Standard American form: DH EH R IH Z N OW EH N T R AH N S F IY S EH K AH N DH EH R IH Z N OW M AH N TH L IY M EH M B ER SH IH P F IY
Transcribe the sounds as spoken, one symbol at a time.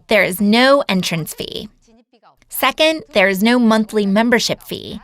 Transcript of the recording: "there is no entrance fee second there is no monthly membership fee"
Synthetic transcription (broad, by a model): DH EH R IH Z N OW EH N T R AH N S F IY S EH K AH N DH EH R IH Z N OW M AH N TH L IY M EH M B ER SH IH P F IY